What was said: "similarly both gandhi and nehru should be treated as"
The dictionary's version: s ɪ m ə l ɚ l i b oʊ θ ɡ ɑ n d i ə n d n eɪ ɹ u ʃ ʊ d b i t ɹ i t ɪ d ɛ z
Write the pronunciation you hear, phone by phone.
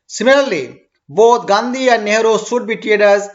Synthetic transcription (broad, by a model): s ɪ m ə l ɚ l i b oʊ t ɡ ɑ n d i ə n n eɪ ɹ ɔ s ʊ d b i t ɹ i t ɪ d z